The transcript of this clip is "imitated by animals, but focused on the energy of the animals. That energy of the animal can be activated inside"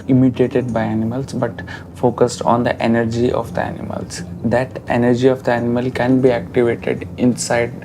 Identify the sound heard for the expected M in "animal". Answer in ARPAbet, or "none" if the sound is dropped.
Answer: M